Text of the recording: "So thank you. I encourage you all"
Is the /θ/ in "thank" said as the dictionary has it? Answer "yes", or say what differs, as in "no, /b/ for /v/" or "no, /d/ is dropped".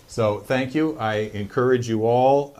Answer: yes